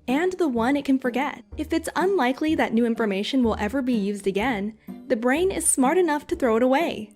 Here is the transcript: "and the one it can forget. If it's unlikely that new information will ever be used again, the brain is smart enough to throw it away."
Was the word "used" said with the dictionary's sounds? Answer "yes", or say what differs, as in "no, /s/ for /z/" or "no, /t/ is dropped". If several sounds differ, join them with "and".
yes